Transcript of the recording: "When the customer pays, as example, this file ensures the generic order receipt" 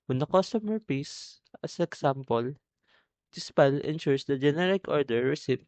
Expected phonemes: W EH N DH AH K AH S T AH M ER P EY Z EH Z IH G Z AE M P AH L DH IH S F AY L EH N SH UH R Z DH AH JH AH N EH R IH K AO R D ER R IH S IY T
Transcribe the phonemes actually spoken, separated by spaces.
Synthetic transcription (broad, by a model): W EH N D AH K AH S T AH M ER P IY S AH S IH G S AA M P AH L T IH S P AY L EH N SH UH R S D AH JH AH N EH R IH K AO R D ER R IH S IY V